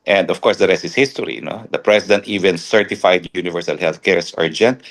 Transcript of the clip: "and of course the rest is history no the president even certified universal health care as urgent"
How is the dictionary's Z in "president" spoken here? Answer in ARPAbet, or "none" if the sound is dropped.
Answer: S